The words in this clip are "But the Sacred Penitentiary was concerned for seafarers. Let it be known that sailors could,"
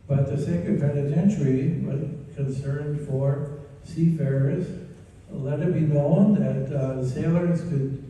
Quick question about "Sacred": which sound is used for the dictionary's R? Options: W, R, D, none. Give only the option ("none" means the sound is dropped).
none